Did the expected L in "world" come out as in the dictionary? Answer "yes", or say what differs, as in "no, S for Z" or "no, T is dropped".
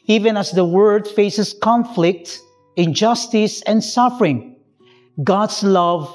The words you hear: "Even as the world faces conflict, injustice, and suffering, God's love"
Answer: no, L is dropped